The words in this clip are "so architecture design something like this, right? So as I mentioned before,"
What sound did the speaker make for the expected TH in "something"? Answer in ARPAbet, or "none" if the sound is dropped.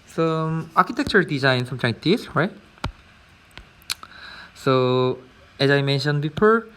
T